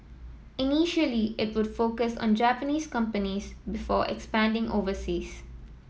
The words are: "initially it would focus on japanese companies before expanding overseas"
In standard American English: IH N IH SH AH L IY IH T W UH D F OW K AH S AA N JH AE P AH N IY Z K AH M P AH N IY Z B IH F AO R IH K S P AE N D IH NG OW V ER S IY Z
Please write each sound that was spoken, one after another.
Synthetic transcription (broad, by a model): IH N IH SH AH L IY IH T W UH D F OW K AH S AA N JH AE P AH N IY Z K AH M P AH N IY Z B IH F AO R IH K S P AE N D IH NG OW V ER S IY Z